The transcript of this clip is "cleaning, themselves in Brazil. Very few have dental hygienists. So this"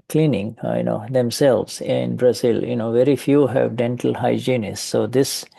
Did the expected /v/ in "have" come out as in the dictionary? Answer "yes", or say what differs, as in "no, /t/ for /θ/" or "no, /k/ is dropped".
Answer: yes